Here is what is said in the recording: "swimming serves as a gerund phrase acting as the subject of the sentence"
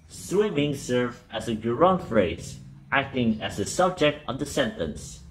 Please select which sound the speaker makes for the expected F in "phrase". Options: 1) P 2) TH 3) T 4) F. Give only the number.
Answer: 4